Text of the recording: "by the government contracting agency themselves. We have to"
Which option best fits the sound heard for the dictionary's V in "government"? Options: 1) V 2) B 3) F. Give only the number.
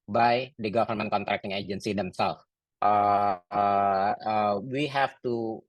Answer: 3